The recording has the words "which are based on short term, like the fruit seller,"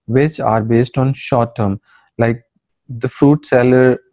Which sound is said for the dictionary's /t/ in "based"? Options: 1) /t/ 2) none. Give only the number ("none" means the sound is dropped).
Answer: 1